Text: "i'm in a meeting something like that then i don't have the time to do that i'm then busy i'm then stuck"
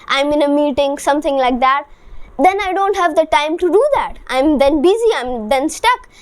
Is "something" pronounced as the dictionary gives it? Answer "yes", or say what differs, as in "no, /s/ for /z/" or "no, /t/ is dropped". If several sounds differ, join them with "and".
no, /t/ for /θ/